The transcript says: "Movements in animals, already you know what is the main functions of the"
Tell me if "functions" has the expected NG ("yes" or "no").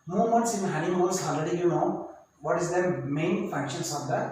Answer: no